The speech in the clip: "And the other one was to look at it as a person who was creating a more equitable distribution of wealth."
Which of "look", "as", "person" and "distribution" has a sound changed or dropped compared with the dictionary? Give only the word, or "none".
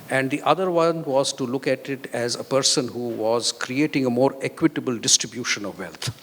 none